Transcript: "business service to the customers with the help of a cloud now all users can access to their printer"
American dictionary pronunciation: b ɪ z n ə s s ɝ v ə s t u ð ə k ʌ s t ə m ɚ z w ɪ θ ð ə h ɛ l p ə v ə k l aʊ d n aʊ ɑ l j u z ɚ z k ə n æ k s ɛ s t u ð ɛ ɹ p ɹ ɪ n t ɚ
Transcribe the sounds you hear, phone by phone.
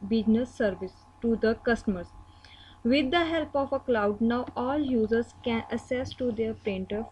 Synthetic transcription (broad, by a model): b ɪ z n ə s s ɝ v ə s t u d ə k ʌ s t ə m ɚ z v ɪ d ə h ɛ l p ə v ə k l aʊ d n aʊ ɑ l j u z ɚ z k ə n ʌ s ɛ s t u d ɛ ɹ p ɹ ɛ n t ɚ